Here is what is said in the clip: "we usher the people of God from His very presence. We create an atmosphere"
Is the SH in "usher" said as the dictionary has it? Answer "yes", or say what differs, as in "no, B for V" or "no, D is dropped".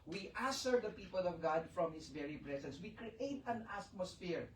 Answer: no, S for SH